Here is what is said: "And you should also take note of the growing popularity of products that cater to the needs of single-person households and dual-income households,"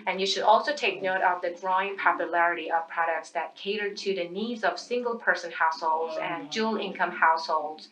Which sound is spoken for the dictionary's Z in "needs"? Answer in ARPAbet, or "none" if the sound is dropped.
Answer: Z